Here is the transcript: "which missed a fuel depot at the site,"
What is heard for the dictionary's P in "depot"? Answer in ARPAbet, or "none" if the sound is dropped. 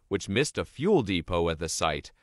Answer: P